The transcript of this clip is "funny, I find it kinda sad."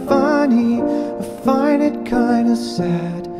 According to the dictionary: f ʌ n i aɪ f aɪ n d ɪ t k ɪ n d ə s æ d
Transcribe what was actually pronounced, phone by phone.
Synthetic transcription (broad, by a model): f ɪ n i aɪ f aɪ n ɪ t k ɪ n d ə s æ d